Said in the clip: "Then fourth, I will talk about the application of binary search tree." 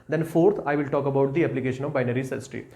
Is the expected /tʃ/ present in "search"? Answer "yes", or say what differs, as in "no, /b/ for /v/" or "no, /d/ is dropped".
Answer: no, /s/ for /tʃ/